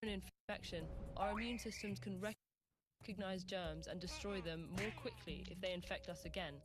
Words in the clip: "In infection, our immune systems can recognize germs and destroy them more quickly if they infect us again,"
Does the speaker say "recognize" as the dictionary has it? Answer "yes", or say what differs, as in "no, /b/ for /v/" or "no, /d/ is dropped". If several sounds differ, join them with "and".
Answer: yes